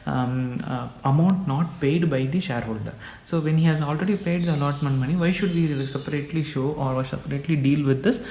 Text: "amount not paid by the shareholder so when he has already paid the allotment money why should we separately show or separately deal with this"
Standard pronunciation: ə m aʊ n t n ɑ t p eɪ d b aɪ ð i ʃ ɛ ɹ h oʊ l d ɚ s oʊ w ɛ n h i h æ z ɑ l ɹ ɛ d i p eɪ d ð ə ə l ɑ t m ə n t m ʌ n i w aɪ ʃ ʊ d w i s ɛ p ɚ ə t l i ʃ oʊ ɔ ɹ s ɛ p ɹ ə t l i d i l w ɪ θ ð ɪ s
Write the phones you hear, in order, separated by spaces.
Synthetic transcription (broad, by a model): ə m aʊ n t n ɑ t p eɪ d b aɪ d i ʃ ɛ ɹ h oʊ l d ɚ s oʊ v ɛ n h i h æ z ɑ l ɹ ɛ d i p eɪ d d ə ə l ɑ t m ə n m ʌ n i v aɪ ʃ ʊ d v i s ɛ p ɚ ə t l i ʃ oʊ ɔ ɹ s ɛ p ɹ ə t l i d i l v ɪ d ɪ s